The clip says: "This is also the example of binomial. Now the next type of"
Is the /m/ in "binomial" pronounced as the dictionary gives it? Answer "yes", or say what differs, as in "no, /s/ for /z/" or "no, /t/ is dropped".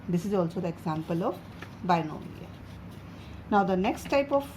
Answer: no, /m/ is dropped